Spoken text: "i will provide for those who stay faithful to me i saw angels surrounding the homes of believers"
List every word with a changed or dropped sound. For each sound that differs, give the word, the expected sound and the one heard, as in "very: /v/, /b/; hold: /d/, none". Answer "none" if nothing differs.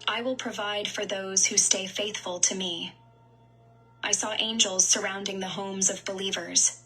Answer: none